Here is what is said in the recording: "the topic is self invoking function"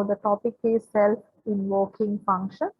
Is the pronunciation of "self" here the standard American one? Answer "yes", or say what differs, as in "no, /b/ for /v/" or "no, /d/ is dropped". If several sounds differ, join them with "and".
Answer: no, /f/ is dropped